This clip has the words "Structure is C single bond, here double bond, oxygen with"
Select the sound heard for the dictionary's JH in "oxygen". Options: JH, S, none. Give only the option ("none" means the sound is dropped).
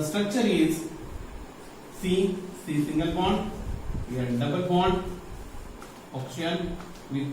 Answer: none